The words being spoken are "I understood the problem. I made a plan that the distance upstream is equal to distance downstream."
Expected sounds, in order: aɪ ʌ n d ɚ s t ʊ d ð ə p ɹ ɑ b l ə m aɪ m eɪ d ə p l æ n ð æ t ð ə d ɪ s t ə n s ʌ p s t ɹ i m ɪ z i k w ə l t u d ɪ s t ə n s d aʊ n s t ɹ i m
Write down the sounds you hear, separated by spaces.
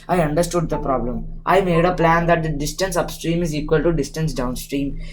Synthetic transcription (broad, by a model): aɪ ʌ n d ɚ s t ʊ d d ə p ɹ ɑ b l ə m aɪ m eɪ d ə p l æ n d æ t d d ɪ s t ə n s ʌ p s t ɹ i m ɪ z i k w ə l t u d ɪ s t ə n s d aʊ n s t ɹ i m